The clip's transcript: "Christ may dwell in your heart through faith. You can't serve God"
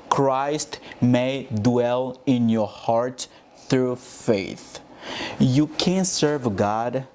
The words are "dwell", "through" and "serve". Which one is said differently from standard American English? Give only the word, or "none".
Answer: none